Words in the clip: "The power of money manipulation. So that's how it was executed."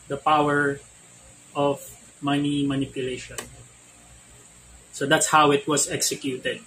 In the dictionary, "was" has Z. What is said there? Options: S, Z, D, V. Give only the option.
S